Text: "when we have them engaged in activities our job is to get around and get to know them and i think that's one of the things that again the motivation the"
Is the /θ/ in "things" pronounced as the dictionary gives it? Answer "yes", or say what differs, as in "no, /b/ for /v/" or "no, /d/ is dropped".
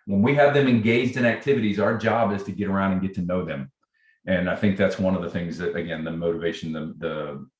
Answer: yes